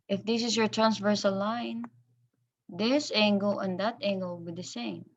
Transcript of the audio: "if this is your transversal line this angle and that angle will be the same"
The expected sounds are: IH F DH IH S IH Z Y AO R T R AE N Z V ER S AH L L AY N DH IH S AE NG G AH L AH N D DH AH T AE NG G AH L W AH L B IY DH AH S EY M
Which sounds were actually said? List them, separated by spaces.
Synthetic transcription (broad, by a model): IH F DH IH S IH S Y AO R T R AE N S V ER S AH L L AY N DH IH S AE NG G AH L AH N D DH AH T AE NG G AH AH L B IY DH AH S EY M